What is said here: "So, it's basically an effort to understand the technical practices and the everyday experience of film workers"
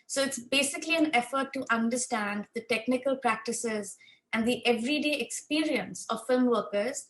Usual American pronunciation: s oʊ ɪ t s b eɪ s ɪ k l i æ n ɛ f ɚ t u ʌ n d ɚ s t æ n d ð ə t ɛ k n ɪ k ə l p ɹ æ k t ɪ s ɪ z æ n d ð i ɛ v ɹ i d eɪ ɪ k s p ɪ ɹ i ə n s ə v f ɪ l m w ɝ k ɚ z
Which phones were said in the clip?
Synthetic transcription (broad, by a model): s oʊ ɪ t s b eɪ s ɪ k l i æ n ɛ f ɚ t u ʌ n d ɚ s t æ n d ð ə t ɛ k n ɪ k ə l p ɹ æ k t ɪ s ɪ z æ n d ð i ɛ v ɹ i d eɪ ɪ k s p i ɹ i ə n s ə v f ɪ l m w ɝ k ɚ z